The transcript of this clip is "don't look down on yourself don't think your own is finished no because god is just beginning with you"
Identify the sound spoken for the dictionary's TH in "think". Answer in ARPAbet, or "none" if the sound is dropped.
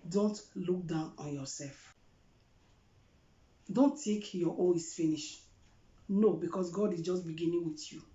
T